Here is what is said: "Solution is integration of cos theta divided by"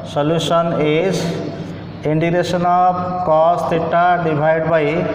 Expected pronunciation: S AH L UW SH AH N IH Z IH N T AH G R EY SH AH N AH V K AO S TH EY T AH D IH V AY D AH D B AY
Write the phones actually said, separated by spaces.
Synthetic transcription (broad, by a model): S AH L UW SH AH N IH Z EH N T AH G R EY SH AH N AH B K AO S T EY T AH D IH B AY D D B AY